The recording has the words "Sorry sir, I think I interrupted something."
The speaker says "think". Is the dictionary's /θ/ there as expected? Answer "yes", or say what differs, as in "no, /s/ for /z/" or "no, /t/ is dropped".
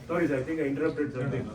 no, /t/ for /θ/